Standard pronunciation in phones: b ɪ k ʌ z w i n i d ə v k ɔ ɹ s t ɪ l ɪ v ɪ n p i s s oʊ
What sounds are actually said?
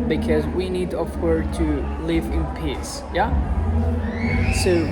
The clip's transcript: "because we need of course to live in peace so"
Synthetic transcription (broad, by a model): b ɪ k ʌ z w i n i d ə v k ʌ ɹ t ɪ l ɪ v ɪ n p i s s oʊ